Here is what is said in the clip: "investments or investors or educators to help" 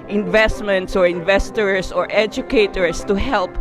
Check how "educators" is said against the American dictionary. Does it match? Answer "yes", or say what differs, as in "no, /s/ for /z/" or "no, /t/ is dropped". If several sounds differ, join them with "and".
no, /s/ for /z/